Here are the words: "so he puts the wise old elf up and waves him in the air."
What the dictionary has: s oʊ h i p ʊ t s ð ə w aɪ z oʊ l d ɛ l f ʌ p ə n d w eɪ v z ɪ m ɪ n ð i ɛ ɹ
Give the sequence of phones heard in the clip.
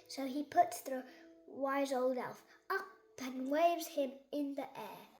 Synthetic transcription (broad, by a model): s oʊ i p ʊ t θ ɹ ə w aɪ z oʊ l d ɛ l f ʌ p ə n w eɪ v z ɪ m ɪ n ð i ɛ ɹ